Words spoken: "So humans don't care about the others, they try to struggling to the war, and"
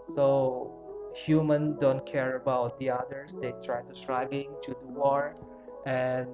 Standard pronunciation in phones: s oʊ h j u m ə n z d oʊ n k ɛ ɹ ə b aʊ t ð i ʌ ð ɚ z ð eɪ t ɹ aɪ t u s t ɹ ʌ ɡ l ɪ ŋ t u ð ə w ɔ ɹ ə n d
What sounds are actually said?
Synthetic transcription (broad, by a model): s oʊ h j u m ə n d oʊ n k ɛ ɹ ə b aʊ t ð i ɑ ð ɚ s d eɪ t ɹ aɪ t u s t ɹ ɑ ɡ ɪ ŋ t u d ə w ɔ ɹ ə n